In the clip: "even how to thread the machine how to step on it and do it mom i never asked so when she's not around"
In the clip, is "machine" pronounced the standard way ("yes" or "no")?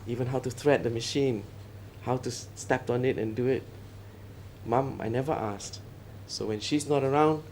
yes